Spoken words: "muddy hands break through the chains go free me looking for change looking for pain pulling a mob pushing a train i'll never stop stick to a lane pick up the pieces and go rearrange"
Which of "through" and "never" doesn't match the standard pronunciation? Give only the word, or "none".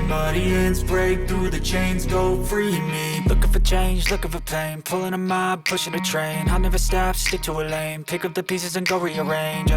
none